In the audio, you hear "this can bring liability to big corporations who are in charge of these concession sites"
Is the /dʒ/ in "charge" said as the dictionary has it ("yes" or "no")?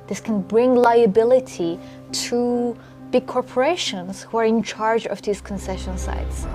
yes